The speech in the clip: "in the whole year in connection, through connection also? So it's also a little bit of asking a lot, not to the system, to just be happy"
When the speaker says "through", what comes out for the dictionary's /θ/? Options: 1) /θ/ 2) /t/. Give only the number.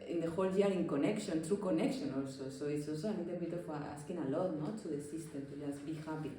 2